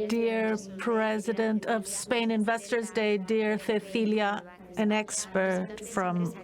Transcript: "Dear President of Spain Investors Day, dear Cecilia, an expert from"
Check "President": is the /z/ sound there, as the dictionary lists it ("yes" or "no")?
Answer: yes